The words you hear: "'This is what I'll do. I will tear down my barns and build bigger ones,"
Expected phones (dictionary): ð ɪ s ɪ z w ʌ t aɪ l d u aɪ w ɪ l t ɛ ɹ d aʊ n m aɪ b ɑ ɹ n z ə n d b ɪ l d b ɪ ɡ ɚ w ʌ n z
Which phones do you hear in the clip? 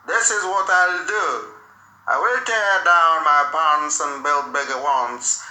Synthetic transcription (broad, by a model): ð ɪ s ɪ z w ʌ t aɪ l d u aɪ w ɪ l t ɛ ɹ d aʊ n m aɪ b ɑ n s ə n b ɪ l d b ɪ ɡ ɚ w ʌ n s